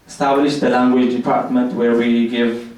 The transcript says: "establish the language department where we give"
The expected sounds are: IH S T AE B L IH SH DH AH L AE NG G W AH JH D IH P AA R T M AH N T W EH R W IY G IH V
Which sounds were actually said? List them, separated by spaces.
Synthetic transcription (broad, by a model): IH S T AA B L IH SH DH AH L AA NG G W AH JH D IH P AA R T M AH N T W EH R W IY G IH V